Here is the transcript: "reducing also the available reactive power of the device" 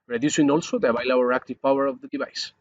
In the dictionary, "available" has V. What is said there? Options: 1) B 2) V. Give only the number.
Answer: 1